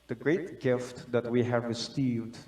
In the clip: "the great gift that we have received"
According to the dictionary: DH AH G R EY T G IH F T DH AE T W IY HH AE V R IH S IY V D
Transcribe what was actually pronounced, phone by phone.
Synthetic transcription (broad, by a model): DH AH G R EY T G IH F T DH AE T W IY HH AE V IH S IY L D